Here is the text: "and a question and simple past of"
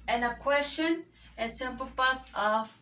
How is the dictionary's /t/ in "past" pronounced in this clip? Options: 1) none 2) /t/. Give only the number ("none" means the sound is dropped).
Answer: 1